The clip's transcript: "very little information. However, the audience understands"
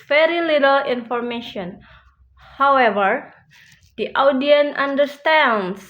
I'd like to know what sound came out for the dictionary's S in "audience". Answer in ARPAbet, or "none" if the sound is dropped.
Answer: none